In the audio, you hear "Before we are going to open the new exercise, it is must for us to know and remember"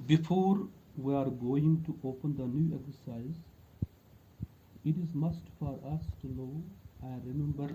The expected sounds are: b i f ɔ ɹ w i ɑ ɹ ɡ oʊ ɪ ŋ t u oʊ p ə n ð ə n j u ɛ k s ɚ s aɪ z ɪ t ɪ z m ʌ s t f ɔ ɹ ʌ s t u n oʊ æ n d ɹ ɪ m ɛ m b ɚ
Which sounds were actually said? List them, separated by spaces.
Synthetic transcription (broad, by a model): b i f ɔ ɹ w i ɑ ɹ ɡ oʊ ɪ ŋ t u oʊ p ə n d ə n j u ɛ k s ɚ s aɪ z ɪ t ɪ z m ʌ s t f ɔ ɹ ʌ s t u l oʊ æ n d ɹ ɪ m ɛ m b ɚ